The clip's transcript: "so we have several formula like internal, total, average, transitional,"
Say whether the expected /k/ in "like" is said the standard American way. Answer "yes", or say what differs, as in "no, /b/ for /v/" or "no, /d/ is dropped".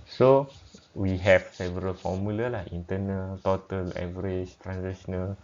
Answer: no, /k/ is dropped